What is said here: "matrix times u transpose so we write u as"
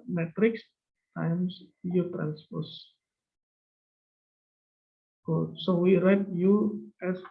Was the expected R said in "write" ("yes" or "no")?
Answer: yes